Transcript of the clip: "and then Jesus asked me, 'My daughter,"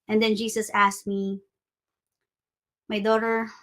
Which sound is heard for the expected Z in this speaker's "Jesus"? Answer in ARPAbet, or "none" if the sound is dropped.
S